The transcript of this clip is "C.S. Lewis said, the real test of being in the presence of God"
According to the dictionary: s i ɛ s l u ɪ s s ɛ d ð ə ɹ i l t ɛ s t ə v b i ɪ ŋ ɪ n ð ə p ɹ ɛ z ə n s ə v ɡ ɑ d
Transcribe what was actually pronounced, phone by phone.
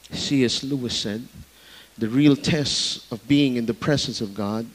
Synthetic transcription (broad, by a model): s i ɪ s l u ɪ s s ɛ d ð ə ɹ i l t ɛ s t ə v b i ɪ ŋ ɪ n ð ə p ɹ ɛ z ə n s ə v ɡ ɑ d